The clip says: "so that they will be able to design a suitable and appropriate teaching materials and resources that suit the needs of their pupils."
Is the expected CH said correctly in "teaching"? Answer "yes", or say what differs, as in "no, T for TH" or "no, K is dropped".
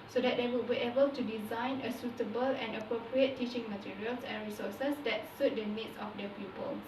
yes